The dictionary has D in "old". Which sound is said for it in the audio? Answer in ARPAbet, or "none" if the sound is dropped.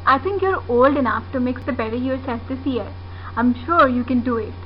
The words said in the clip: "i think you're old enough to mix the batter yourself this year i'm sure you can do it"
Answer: D